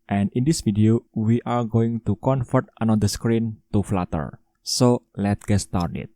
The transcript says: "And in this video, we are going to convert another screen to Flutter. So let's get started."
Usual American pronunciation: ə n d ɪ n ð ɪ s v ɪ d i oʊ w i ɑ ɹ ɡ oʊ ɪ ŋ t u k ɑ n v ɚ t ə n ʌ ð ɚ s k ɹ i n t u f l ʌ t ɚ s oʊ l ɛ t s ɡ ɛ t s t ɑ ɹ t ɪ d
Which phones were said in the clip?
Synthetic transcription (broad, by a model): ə n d ɪ n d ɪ s f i d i oʊ w i ɑ ɹ ɡ oʊ ɪ ŋ t u k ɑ n f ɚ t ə n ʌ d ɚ s k ɹ i n t u f l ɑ t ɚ s oʊ l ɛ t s ɡ ɛ t s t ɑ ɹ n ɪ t